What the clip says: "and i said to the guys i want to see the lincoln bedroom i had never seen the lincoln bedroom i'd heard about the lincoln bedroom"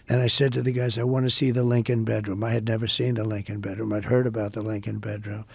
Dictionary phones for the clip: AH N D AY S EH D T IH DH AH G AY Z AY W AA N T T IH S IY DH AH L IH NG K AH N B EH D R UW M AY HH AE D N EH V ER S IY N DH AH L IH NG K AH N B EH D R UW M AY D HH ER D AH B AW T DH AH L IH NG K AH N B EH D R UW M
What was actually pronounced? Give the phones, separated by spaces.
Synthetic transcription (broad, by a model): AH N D AY S EH D T IH DH AH G AY Z AY W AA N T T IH S IY DH AH L IH NG K AH N B EH D R UW M AY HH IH D N EH V ER S IY N DH AH L IH NG K AH N B EH D R UW M AY D HH ER D AH B AW T DH AH L IH NG K AH N B EH D R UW M